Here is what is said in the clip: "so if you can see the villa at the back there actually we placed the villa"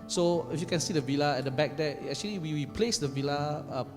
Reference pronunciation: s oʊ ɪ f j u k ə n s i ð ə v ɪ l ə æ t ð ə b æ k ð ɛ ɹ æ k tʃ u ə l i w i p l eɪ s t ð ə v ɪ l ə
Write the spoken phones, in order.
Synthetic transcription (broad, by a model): s oʊ ɪ f j u k ə n s i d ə v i l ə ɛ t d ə b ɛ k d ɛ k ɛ k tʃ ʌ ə w i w i p l eɪ s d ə v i l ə